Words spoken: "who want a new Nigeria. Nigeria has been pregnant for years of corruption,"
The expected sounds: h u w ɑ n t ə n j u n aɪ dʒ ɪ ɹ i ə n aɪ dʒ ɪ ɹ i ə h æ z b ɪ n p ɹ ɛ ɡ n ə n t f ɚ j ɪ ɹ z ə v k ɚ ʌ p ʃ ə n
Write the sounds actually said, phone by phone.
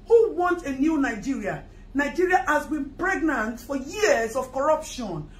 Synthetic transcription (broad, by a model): h u w ɑ n t ə n j u n aɪ dʒ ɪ ɹ i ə n aɪ dʒ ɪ ɹ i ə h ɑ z b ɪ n p ɹ ɛ ɡ n ə n t f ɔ j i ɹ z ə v k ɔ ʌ p ʃ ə n